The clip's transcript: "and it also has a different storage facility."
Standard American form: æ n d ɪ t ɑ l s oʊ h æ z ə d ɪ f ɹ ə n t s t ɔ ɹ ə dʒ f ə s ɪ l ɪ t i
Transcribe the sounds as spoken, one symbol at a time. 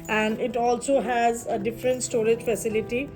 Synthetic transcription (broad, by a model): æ n d ɪ t ɑ l s oʊ h æ z ə d ɪ f ɹ ə n t s t ɔ ɹ ə dʒ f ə s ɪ l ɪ t i